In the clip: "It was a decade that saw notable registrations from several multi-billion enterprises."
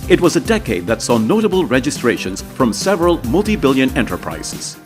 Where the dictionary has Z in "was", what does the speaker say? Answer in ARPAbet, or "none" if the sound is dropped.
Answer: Z